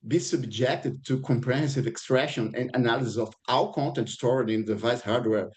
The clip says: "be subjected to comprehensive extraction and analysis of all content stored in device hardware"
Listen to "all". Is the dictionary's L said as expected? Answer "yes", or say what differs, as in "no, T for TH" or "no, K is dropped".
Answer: no, W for L